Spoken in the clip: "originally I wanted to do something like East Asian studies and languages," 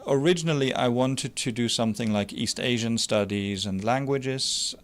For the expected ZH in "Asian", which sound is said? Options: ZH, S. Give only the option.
ZH